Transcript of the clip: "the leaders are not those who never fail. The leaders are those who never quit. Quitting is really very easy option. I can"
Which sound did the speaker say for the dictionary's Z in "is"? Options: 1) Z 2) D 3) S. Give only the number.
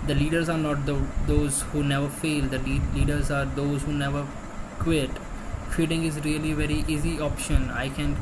1